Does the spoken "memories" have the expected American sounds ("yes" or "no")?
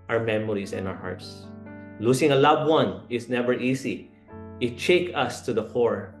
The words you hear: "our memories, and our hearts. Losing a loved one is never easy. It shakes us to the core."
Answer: no